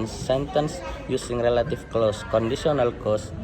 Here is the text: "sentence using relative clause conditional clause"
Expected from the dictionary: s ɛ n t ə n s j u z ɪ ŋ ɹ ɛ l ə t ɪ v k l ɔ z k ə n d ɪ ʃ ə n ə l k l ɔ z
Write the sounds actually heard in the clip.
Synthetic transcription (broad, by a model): s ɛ n t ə n s j u s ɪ ŋ ɹ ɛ l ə t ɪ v k l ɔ s k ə n d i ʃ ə n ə l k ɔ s